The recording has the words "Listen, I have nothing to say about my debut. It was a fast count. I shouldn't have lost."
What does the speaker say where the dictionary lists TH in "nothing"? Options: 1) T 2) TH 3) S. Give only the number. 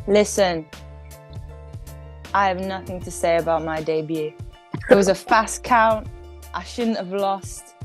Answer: 2